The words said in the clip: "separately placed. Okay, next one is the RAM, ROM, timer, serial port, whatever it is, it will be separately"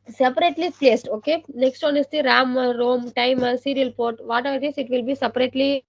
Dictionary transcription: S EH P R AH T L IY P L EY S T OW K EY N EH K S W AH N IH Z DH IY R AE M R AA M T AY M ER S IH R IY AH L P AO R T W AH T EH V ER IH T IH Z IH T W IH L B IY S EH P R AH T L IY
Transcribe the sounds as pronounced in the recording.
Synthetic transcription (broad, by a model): S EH P R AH T L IY P L EY S T OW K EY N EH K S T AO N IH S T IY R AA M R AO M T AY M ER S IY R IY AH L P AO R T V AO T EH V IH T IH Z IH T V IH L B IY S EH P R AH T L IY